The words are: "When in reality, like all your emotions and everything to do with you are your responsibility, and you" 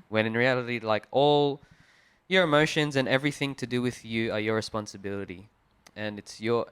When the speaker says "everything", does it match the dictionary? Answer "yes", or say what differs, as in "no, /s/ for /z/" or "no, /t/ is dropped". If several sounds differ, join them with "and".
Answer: yes